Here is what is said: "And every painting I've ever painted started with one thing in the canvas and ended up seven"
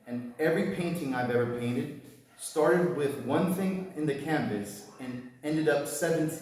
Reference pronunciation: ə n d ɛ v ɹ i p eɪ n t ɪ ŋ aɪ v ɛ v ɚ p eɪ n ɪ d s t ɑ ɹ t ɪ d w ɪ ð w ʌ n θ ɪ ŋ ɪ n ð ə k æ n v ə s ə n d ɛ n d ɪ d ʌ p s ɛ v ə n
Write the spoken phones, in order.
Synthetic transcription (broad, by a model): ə n ɛ v ɹ i p eɪ n t ɪ ŋ aɪ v ɛ v ɚ p eɪ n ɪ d s t ɑ ɹ t ɪ d w ɪ ð w ʌ n θ ɪ ŋ ɪ n ð ə k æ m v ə s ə n ɛ n d ɪ d ʌ p s ɛ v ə n